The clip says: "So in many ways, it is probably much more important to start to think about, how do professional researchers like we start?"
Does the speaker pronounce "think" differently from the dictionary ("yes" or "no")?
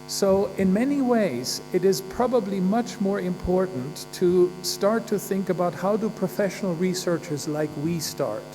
no